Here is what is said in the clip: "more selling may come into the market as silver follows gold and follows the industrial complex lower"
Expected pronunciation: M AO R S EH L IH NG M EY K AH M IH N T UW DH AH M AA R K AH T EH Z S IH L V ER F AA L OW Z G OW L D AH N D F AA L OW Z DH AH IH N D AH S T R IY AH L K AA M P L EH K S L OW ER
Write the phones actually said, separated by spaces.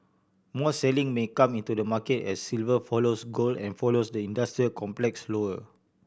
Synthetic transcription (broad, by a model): M AO S EH L IH NG M EY K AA M IH N T UW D AH M AA K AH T EH S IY L V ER F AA L OW S G OW L AH N F AA L OW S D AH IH N D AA S T R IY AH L K AA M P L EH K S L OW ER